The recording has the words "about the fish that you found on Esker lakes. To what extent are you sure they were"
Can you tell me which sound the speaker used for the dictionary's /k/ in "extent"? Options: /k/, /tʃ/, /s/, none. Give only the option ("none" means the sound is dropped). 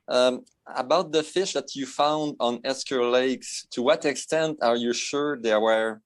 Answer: /k/